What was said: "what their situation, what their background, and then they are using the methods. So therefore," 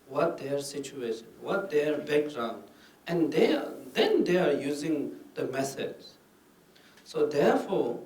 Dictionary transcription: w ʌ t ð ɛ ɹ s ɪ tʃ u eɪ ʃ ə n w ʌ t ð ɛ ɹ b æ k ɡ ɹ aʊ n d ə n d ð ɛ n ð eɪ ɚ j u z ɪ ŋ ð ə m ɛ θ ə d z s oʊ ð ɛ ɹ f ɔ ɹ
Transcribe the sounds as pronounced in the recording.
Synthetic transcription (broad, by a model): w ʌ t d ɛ ɹ s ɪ tʃ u eɪ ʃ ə n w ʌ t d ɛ ɹ b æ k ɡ ɹ aʊ n d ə n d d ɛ n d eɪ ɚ j u z ɪ ŋ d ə m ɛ s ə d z s oʊ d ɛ ɹ f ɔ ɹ